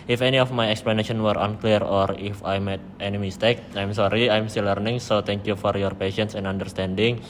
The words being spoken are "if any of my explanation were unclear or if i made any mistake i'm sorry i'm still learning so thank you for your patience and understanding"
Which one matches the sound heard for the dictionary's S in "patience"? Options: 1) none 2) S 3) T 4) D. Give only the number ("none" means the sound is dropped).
2